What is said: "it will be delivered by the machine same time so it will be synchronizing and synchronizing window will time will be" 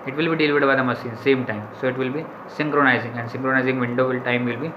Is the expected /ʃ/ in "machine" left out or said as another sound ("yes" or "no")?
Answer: yes